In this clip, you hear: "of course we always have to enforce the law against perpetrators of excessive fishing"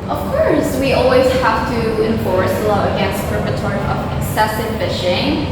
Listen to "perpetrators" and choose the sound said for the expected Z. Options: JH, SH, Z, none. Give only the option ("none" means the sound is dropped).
none